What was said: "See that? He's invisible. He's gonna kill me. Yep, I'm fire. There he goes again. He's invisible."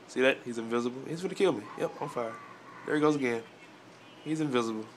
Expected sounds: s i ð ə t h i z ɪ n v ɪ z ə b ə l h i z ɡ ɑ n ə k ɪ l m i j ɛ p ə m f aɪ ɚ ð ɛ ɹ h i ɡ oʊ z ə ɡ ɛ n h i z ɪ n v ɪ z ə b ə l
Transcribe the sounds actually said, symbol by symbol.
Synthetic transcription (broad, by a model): s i ð ə t h i z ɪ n v ɪ z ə b l h i z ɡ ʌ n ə k ɪ l m i j ɛ p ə f aɪ ɚ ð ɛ ɹ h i ɡ oʊ z ə ɡ ɛ n h i z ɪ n v ɪ z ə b l